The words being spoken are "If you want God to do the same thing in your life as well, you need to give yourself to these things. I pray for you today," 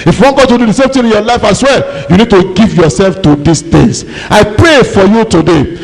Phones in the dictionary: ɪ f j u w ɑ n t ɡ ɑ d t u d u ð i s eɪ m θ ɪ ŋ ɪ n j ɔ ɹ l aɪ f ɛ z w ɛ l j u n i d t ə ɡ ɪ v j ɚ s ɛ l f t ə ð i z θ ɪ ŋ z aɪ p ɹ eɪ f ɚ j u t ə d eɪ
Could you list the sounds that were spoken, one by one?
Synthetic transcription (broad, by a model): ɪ f j u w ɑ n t ɡ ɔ t u d u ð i s eɪ m t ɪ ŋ ɪ n j ɔ l aɪ f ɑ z w ɛ l j u n i d t ə ɡ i v j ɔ s ɛ l f t ə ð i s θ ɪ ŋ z aɪ p ɹ eɪ f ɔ j u t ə d eɪ